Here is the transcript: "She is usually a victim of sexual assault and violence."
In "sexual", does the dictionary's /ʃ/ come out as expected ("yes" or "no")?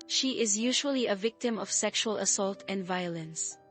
yes